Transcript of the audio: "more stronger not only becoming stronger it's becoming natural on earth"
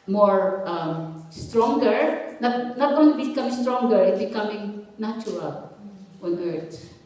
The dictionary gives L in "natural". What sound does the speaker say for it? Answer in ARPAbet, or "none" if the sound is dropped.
W